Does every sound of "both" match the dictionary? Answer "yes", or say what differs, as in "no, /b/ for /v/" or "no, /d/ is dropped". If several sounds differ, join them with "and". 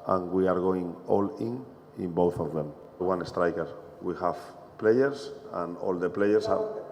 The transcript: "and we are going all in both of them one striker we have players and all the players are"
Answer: yes